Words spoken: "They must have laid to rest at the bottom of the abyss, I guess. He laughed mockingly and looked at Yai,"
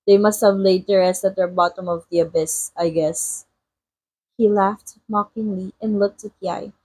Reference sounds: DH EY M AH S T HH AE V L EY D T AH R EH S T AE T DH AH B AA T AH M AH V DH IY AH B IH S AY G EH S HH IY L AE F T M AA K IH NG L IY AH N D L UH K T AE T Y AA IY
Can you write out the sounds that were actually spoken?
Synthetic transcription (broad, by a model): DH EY M AH S T HH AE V L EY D T AH R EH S AE T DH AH B AA T AH M AH V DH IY AH B IH S AY G EH S HH IY L AE F T M AA K IH NG L IY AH N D L UH K T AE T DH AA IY